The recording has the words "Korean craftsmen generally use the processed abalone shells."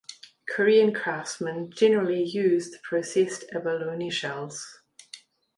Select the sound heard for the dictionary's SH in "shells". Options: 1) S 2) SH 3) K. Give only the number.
2